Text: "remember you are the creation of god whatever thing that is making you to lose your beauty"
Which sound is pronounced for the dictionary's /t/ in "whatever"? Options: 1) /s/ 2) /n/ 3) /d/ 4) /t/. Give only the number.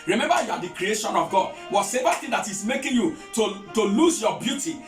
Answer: 1